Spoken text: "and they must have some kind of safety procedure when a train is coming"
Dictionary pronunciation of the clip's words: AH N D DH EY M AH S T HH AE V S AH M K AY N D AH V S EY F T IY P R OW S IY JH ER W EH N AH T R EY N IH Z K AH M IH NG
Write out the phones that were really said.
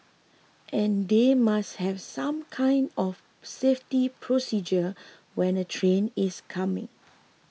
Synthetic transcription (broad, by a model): AH N D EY M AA S T HH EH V S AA M K AY N D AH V S EY F T IY P R OW S IY JH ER W EH N AH T R EY N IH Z K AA M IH NG